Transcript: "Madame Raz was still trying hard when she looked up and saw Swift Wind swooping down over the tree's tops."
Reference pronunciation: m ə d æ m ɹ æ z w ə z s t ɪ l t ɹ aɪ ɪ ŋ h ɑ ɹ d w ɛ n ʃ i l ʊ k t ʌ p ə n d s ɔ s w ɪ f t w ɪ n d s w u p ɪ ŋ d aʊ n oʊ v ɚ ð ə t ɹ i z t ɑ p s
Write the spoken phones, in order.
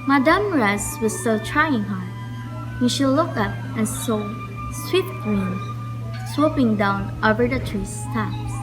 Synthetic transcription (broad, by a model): m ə d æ m ɹ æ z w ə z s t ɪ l t ɹ aɪ ɪ ŋ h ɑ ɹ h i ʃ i l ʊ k ʌ p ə n s ɔ s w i t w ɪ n s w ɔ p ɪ ŋ d aʊ n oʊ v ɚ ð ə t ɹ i s t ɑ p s